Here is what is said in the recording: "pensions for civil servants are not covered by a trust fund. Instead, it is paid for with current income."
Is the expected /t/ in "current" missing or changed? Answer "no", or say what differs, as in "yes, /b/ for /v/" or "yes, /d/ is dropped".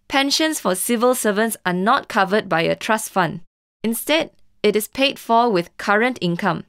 no